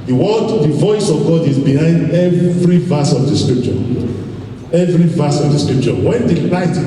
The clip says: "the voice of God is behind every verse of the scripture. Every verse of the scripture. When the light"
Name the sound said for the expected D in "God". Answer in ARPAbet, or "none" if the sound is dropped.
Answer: D